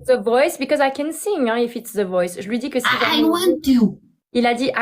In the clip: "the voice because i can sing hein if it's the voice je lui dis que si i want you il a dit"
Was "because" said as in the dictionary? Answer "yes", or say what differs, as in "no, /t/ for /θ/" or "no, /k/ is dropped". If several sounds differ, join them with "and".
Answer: yes